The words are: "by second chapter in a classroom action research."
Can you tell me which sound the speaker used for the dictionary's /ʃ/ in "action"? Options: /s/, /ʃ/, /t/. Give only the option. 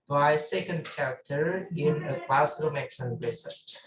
/s/